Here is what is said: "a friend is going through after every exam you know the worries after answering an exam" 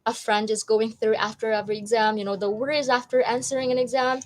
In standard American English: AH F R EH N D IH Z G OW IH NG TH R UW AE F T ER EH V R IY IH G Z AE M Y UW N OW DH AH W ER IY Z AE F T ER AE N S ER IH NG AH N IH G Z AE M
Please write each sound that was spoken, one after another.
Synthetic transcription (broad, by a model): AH F R EH N D IH Z G OW IH NG TH R UW AE F T ER EH V R IY IH G Z AE M Y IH N OW DH AH W ER IY Z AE F T ER AE N S ER IH NG AH N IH G Z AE M